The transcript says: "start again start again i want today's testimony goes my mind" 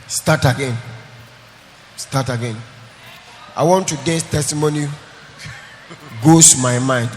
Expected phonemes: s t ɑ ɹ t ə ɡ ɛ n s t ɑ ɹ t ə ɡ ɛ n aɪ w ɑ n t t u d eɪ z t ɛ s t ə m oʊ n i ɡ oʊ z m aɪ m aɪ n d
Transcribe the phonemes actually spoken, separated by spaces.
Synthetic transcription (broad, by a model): s t ɑ t ə ɡ ɛ n s t ɑ t ə ɡ ɛ n aɪ w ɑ n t t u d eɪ s t ɛ s t ə m oʊ n i ɡ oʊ s m aɪ m aɪ n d